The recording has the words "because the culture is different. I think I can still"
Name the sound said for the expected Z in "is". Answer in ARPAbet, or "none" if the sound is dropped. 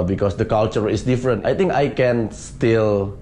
S